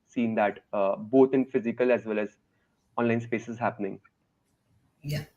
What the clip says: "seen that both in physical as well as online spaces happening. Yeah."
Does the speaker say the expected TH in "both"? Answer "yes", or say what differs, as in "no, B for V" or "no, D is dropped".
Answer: no, T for TH